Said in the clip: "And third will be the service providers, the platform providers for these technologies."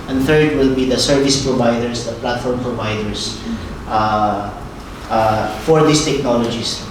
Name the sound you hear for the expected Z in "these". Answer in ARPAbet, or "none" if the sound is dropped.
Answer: S